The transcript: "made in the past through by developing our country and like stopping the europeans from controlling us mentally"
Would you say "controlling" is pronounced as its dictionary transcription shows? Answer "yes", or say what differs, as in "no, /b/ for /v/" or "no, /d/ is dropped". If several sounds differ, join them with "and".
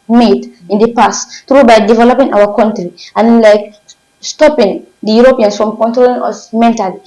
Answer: yes